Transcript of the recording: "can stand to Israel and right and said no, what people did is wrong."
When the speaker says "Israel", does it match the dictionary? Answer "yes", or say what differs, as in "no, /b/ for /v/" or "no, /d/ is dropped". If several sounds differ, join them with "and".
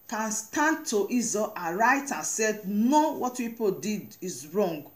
no, /ɹ/ is dropped